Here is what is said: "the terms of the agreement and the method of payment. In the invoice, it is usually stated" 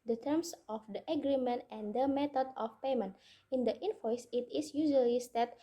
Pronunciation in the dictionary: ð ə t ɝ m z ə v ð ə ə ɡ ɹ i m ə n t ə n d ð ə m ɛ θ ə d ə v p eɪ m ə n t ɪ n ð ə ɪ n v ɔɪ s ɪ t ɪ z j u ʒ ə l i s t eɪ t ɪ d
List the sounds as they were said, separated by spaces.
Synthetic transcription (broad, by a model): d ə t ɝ m s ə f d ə ə ɡ ɹ i m ə n t ə n d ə m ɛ t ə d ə f p eɪ m ə n t ɪ n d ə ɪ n f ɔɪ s ɪ t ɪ s j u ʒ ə l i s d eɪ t